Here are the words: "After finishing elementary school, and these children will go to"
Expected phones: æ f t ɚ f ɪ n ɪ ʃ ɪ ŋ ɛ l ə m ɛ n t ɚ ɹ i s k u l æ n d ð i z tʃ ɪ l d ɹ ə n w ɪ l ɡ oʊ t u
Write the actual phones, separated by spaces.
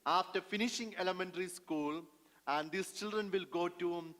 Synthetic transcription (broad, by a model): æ f t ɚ f ɪ n ɪ ʃ ɪ ŋ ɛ l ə m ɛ n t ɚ ɹ i s k u l æ n d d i s tʃ ɪ l d ɹ ə n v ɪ l ɡ oʊ t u